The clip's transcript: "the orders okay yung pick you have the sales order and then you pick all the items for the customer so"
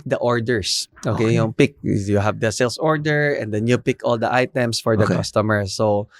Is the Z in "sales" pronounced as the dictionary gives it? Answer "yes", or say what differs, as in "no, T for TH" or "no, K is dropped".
no, S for Z